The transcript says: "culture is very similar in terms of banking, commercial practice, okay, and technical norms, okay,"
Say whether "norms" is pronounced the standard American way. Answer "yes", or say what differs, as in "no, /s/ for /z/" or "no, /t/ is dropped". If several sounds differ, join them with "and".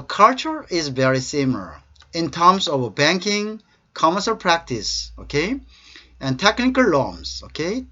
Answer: no, /l/ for /n/